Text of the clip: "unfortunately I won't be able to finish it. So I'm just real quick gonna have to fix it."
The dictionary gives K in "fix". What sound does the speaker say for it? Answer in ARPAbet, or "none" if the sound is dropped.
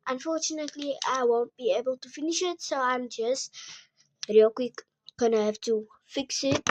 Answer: K